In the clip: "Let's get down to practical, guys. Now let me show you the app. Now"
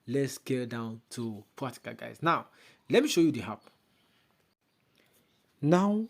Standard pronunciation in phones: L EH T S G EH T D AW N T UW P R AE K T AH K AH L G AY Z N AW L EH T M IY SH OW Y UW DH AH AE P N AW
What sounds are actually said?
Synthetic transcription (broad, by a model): L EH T S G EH D AW N T UW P AA T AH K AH G AY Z N AW L EH T M IY SH OW Y UW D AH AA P N AW